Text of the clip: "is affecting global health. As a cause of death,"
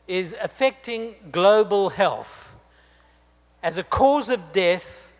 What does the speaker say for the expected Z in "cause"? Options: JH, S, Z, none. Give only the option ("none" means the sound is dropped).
Z